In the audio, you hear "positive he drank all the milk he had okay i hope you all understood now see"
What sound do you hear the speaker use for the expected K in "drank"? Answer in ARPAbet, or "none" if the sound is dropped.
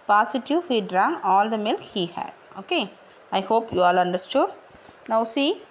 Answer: none